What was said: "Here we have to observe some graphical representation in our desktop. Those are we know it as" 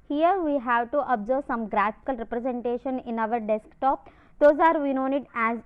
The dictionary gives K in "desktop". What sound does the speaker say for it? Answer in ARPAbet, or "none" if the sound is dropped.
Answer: K